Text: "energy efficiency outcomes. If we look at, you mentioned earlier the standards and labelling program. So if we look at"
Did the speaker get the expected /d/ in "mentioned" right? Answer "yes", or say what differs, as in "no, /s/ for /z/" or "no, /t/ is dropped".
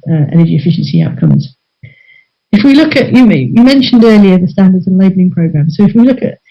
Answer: yes